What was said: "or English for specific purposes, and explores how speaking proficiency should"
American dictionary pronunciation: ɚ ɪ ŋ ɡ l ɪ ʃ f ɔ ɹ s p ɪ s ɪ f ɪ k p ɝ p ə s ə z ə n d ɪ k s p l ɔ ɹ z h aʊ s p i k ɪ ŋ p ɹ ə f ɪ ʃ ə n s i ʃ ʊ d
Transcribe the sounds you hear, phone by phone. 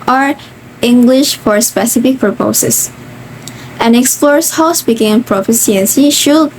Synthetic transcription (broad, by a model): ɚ ɪ ŋ ɡ l ɪ ʃ f ɔ ɹ s p ɪ s ɪ f ɪ k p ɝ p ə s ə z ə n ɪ k s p l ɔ ɹ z h aʊ s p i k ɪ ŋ p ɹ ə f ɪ s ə n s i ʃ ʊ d